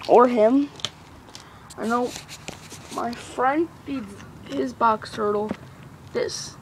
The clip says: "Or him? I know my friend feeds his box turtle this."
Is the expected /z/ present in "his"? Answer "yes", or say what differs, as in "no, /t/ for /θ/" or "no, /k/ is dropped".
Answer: yes